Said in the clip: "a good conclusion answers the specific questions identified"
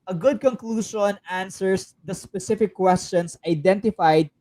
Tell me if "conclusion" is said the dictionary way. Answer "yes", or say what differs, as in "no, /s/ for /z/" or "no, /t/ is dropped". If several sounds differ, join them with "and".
no, /s/ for /ʒ/